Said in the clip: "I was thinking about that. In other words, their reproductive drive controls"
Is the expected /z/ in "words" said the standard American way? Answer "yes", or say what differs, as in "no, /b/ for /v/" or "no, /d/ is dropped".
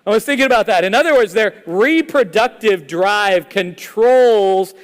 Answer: yes